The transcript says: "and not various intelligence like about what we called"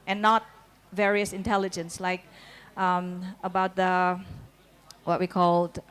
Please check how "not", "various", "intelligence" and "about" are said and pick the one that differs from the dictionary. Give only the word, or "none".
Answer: none